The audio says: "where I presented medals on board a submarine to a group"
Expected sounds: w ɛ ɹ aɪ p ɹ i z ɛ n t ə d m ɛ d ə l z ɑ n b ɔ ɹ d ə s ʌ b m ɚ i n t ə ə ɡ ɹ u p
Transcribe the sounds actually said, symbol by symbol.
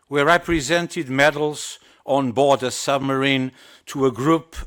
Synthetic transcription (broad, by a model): w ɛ ɹ aɪ p ɹ i z ɛ n t ə d m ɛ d l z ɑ n b ɔ ɹ d ə s ʌ b m ɚ i n t ə ə ɡ ɹ u p